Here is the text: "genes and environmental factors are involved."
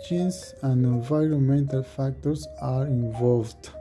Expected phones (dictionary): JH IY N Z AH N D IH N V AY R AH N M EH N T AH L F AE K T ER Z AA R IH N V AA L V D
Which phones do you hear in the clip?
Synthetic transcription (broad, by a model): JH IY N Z AH N D IH N V AY R AH N M EH N T AH L F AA K T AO S AA R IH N V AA L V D